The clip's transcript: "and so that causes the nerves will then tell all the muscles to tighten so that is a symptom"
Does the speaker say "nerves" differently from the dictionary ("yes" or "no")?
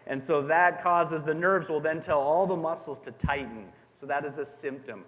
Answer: no